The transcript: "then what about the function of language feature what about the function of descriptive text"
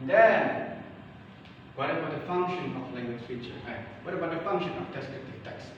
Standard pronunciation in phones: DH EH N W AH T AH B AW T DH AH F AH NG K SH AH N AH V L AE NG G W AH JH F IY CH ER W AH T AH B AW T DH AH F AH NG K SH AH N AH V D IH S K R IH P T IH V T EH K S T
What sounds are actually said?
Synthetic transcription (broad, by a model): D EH N W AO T AH B AW T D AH F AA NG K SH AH N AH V L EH NG G W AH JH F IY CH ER W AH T AH B AW T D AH F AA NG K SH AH N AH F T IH S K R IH T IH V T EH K S